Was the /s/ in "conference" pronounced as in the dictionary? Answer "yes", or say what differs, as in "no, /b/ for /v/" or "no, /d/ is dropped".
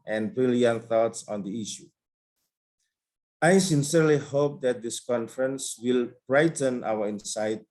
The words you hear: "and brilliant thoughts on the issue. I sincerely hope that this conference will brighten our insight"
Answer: yes